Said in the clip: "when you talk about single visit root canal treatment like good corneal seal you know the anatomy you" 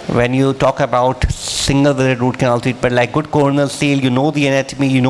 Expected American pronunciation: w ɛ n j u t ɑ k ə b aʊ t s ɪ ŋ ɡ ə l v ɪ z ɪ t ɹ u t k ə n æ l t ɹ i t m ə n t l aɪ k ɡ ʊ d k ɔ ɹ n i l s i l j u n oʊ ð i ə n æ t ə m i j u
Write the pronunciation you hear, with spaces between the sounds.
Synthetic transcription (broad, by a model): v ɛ n j u t ɑ k ə b aʊ t s ɪ ŋ ɡ ə l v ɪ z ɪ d ɹ u t k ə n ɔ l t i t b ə t l aɪ k ɡ ʊ d k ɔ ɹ n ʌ l s i l j u n oʊ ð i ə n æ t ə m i j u